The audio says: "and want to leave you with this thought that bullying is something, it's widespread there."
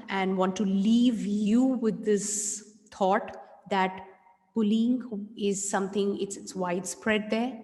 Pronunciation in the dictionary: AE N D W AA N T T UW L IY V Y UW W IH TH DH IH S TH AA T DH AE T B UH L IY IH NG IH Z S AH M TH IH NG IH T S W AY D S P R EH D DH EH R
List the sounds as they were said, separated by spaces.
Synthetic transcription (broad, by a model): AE N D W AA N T T UW L IY V Y UW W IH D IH S T AA T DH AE T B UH L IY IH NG IH Z S AH M T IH NG IH T S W AY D S P R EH D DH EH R